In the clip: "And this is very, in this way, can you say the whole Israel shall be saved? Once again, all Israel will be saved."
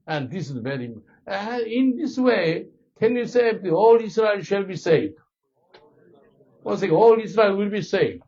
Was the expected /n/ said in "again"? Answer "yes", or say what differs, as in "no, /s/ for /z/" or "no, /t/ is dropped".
no, /n/ is dropped